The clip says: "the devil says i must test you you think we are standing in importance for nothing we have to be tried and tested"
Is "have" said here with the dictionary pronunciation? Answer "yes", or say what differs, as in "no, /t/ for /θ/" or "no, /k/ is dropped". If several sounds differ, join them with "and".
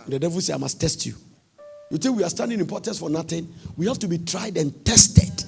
no, /f/ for /v/